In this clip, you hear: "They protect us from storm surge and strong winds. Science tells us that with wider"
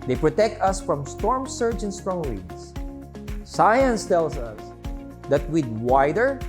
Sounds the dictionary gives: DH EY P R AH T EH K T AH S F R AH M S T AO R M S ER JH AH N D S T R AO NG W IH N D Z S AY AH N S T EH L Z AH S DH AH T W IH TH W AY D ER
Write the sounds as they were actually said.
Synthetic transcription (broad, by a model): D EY P R AH T EH K T AH S F R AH M S T AO R M S ER JH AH N S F R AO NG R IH D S S AY AH N S T EH L S AH S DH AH T W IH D W AY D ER